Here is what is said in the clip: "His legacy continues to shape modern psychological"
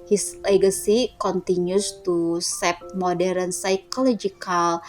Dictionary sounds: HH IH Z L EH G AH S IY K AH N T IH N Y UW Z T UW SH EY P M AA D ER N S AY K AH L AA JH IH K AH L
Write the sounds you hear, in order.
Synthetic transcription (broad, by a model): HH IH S L EH G AH S IY K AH N T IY N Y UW S T UW S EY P M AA D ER N S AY K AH L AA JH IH K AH L